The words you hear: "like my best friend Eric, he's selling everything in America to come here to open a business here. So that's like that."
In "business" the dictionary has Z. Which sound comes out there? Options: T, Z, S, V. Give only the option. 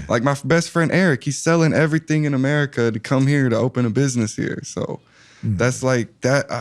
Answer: Z